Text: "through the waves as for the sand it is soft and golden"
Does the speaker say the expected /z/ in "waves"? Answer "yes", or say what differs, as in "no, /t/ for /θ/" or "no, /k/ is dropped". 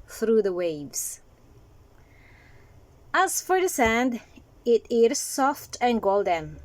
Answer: no, /s/ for /z/